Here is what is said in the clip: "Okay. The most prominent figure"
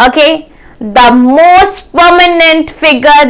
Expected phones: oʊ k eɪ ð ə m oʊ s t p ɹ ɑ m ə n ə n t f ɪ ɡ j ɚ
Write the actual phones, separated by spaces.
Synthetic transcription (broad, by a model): oʊ k eɪ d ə m oʊ s t p ɑ m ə n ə n t f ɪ ɡ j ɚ